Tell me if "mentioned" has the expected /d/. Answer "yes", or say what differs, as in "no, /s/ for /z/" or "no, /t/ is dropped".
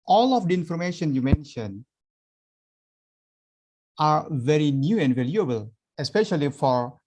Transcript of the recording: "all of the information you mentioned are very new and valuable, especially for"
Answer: no, /d/ is dropped